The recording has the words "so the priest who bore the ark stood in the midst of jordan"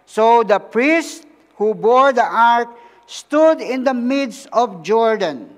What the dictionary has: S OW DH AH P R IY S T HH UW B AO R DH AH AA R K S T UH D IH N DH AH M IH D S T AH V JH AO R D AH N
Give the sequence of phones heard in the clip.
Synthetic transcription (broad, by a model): S OW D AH P R IY S T HH UW B AO R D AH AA R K S T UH D IH N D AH M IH D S AH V JH AO R D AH N